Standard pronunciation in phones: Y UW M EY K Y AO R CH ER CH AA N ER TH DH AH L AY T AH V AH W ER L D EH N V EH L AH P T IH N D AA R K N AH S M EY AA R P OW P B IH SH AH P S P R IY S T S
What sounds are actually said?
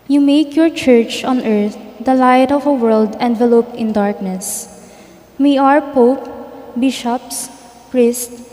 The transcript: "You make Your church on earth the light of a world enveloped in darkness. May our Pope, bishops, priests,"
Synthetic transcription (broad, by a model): Y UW M EY K Y AO R CH ER CH AA N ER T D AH L AY T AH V AH W ER L D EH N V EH L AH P IH N D AA R K N AH S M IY AA R P OW P B IH SH AH P S P R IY S T